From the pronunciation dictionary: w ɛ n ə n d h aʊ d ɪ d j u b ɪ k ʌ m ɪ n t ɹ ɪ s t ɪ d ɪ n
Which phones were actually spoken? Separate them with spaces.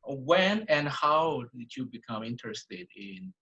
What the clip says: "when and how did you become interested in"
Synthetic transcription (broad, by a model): w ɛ n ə n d h aʊ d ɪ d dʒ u b ɪ k ʌ m ɪ n t ɹ ɪ s t ɪ d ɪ n